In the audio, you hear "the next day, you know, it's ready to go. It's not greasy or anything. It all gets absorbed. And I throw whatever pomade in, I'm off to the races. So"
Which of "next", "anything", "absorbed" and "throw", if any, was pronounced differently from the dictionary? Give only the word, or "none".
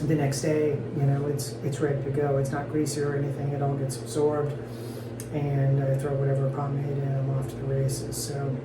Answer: none